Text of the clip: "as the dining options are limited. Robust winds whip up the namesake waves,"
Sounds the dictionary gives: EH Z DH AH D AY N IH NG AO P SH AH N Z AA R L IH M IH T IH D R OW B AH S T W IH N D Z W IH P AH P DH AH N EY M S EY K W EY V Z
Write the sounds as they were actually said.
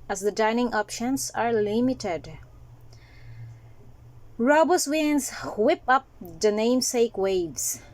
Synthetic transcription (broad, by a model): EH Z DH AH D AY N IH NG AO P SH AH N S AA R L IH M IH T IH D R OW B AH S W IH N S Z W IH P AH P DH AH N EY M S EY K W EY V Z